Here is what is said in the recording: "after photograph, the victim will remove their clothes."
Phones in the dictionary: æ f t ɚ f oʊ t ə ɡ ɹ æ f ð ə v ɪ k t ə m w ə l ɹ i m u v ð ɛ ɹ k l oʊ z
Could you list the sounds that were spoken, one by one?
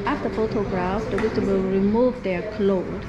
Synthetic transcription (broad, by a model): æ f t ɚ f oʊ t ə ɡ ɹ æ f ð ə w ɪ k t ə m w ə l ɹ i m u v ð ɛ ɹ k l oʊ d